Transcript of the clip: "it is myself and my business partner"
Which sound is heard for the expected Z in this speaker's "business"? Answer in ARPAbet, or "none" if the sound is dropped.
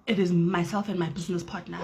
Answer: Z